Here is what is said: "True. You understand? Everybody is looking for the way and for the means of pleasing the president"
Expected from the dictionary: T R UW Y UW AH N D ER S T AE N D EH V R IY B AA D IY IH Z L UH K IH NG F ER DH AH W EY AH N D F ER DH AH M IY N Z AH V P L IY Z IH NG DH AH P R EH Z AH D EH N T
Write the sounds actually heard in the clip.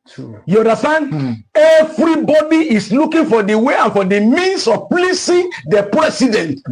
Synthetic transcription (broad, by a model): Y UW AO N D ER S T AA N D EH V R IY B AA D IY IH S L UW K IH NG F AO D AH W EY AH N F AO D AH M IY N S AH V P L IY S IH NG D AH P R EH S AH D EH N T